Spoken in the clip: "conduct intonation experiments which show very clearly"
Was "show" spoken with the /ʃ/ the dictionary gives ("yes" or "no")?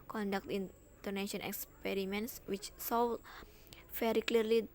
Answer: no